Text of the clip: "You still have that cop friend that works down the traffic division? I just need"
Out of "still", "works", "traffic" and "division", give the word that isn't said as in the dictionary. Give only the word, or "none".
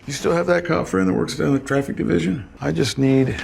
none